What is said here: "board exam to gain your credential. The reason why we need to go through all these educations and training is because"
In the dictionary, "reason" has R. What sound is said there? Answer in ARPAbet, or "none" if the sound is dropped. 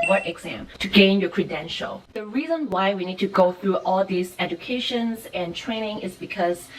R